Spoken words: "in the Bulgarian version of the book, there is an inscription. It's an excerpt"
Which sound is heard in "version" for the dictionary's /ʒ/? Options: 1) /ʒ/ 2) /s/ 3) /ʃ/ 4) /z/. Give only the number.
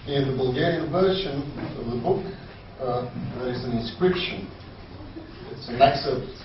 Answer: 3